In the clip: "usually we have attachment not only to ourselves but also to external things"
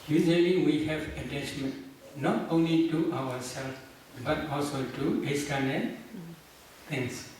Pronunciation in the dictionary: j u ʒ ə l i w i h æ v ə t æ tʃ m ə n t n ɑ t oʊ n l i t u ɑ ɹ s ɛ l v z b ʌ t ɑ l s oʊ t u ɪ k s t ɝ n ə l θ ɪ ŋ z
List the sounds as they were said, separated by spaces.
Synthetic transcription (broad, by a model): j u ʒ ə l i w i h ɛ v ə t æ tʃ m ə n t n ɑ t oʊ n l i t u ɑ w s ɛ l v b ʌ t ɑ l s oʊ t u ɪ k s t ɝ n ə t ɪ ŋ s